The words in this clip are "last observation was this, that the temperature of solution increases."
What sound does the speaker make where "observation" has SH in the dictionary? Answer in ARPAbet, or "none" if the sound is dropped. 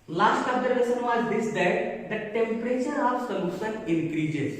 S